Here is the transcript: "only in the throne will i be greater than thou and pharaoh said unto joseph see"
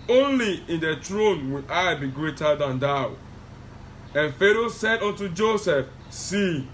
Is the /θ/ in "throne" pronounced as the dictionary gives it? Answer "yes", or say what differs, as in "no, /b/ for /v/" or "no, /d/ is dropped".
no, /t/ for /θ/